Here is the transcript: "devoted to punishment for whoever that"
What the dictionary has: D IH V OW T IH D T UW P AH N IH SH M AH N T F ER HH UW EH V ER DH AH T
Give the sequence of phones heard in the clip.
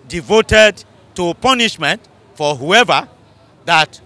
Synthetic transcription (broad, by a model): D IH V OW T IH D T UW P AH N IH SH M AH N T F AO HH UW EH V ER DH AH T